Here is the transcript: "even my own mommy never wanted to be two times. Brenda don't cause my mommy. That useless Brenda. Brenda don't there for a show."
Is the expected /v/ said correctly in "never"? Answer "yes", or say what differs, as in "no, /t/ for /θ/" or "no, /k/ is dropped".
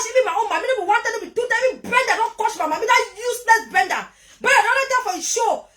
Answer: no, /b/ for /v/